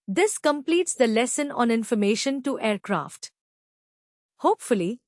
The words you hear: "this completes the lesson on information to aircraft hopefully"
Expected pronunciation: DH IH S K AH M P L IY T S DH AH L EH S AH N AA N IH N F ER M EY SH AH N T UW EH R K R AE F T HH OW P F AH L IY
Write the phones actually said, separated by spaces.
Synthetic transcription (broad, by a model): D IH S K AH M P L IY T S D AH L EH S AH N AA N IH N F ER M EY SH AH N T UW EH R K R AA F T HH OW P F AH L IY